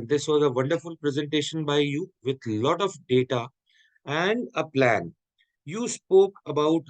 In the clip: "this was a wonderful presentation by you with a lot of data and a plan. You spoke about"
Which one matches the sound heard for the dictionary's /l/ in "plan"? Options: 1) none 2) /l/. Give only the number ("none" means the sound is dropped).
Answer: 2